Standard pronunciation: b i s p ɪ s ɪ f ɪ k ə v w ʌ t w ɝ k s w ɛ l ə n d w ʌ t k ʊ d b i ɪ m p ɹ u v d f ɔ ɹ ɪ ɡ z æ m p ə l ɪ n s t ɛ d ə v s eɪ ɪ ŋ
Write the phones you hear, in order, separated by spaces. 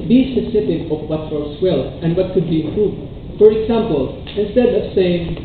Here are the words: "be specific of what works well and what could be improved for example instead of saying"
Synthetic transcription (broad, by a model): b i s ɪ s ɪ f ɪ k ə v w ʌ t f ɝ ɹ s w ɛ l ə n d w ʌ t k ʊ d b i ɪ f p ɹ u d f ɔ ɹ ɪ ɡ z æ m p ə l ɪ n s t ɛ d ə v s eɪ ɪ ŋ